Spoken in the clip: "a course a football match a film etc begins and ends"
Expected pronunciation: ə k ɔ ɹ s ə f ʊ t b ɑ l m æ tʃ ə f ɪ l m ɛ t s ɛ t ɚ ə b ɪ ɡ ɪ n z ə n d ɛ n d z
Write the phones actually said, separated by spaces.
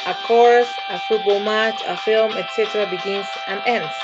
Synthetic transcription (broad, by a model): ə k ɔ ɹ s ə f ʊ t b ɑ l m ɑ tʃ ə f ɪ l m ɛ t s ɛ t ɚ ə b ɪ ɡ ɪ n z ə n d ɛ n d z